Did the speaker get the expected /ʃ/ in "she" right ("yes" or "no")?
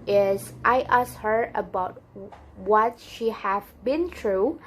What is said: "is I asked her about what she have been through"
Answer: yes